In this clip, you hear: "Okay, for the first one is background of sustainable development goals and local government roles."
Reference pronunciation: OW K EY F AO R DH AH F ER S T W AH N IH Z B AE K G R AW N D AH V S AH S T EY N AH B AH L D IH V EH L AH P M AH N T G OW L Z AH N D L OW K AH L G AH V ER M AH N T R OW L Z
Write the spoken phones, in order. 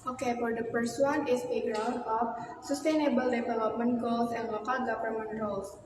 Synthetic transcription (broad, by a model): OW K EY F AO R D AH P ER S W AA N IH S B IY G R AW N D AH F S AH S T EY N AH B AH L D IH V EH L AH P M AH N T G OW L S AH N L OW K AH L G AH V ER M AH N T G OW L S